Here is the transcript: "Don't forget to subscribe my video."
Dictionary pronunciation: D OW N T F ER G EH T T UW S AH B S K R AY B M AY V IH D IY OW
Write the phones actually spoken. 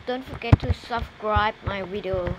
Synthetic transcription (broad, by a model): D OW N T F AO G EH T T UW S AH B S K R AY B M AY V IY D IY OW